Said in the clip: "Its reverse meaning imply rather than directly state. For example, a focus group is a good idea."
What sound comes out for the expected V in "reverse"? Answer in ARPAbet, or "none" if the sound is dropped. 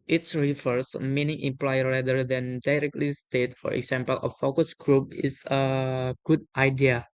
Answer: F